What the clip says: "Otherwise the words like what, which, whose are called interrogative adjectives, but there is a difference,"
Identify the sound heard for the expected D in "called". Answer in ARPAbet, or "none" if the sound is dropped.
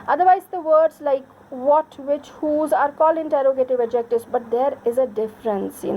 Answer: none